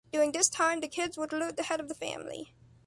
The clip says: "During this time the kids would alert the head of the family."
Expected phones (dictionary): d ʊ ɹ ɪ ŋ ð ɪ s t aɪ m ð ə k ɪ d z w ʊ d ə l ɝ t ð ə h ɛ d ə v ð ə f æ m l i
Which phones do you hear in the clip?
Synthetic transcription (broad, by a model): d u ɪ ŋ ð ɪ s t aɪ m ð ə k ɪ d z w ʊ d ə l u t ð ə h ɛ d ə v ð ə f æ m l i